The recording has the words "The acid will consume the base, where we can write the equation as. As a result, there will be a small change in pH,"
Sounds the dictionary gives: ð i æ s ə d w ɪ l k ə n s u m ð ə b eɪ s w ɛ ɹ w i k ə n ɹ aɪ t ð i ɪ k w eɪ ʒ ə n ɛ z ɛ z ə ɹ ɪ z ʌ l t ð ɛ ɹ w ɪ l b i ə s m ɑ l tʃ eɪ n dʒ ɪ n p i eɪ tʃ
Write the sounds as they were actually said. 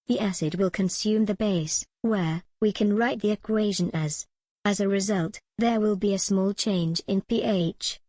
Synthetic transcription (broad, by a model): ð i æ s ə d w ɪ l k ə n s u m ð ə b eɪ s w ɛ ɹ w i k ə n ɹ aɪ t ð i ɪ k w eɪ ʒ ə n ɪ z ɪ z ə ɹ ɪ z ʌ l t ð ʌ ɹ w ɪ l b i ə s m ɑ l tʃ eɪ n dʒ ɪ n p i eɪ tʃ